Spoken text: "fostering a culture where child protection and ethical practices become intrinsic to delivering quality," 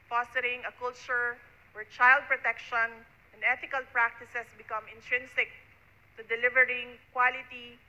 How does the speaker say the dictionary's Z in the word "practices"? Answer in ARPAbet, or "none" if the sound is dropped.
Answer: S